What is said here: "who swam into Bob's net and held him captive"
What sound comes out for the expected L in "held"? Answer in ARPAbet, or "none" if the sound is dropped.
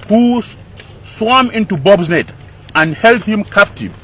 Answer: L